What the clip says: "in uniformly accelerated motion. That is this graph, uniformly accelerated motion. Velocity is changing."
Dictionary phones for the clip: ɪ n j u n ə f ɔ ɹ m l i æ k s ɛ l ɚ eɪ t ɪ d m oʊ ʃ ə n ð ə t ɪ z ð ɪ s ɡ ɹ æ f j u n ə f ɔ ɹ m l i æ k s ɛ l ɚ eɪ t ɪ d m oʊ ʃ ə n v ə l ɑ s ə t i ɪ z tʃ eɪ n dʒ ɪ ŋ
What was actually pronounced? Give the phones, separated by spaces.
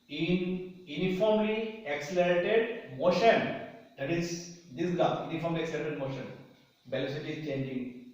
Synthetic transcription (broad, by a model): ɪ n j u n ə f ɔ ɹ m l i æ k s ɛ l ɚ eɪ t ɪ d m oʊ ʃ ə n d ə t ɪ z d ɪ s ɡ ɑ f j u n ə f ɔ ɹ m l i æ k s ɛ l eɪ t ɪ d m oʊ ʃ ə n b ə l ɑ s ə t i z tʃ eɪ n dʒ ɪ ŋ